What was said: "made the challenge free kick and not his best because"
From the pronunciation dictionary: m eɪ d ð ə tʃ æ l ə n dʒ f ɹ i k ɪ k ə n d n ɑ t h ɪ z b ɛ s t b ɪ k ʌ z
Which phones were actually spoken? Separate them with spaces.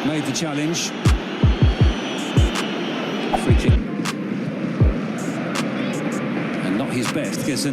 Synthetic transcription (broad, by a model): m eɪ d ð ə tʃ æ l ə n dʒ f ɹ i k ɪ ə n n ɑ t h ɪ z b ɛ s t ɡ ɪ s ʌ